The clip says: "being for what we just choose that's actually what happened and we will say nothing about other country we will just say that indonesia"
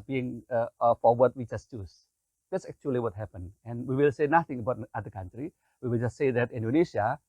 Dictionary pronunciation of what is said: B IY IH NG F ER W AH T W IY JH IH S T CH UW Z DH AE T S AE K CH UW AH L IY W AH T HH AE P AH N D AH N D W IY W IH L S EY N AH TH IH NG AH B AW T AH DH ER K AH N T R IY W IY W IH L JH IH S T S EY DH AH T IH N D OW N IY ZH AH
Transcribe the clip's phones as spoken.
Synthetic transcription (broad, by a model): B IY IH NG F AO W AH T W IY JH IH S T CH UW S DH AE T S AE K CH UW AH L IY W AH T HH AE P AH N AH N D W IY W IH L S EY N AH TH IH NG AH B AW T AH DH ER K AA N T R IY W IY W IH L JH IH S T S EY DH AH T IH N D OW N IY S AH